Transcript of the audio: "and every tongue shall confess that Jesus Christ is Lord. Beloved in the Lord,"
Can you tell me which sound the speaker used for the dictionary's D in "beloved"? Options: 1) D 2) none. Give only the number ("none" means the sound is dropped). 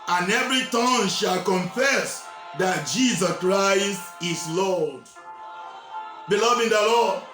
2